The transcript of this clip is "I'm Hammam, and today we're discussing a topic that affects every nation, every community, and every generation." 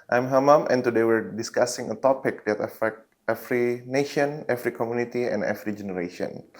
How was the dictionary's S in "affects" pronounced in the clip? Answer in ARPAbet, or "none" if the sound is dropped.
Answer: none